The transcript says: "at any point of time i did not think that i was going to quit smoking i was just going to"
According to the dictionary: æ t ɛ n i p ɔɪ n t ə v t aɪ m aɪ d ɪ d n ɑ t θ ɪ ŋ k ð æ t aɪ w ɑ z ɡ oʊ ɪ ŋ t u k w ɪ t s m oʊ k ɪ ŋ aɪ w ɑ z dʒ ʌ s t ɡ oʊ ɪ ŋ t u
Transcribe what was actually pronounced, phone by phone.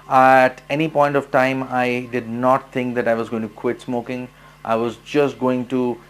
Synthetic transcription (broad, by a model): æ t ɛ n i p ɔɪ n t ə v t aɪ m aɪ d ɪ d n ɑ t t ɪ ŋ k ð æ t aɪ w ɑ z ɡ oʊ ɪ ŋ t u k w ɪ t s m oʊ k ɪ ŋ aɪ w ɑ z dʒ ʌ s t ɡ oʊ ɪ ŋ t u